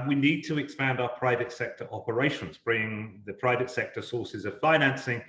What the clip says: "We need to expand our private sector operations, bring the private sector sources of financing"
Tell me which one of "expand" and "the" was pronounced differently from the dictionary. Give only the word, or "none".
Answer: none